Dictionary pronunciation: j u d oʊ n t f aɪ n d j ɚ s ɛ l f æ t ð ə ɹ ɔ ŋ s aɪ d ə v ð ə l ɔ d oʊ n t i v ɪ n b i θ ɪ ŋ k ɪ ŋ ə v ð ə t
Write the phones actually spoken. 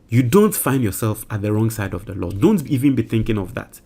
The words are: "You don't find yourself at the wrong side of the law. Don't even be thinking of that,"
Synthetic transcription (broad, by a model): j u d oʊ n t f aɪ n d j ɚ s ɛ l f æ t ð ə ɹ ɔ ŋ s aɪ d ə v ð ə l ɔ d oʊ n t i v ɪ n b i θ ɪ ŋ k ɪ ŋ ə v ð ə t